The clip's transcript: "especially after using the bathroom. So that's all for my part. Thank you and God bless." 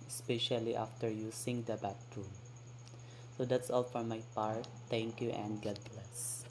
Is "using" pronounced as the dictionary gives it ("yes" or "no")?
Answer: no